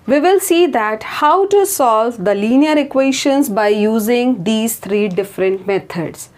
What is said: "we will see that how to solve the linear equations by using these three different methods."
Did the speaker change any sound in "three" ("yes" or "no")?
yes